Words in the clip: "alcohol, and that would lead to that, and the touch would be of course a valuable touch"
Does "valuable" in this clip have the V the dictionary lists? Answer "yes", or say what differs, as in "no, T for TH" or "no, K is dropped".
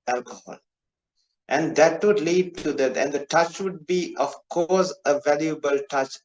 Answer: yes